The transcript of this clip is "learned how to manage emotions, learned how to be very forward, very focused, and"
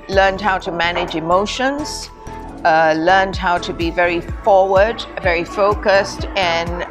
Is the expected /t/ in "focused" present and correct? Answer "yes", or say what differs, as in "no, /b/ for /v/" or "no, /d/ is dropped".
yes